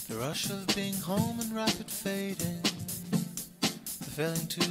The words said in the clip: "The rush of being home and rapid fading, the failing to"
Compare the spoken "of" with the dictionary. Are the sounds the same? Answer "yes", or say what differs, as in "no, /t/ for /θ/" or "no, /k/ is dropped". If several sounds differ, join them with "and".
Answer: yes